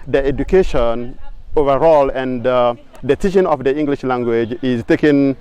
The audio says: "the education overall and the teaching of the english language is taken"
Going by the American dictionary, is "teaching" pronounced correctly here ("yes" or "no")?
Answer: no